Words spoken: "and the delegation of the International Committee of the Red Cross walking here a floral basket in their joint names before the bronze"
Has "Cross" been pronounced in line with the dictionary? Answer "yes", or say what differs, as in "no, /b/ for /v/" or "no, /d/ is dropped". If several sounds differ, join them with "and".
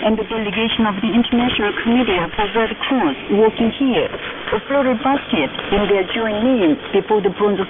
no, /ɹ/ is dropped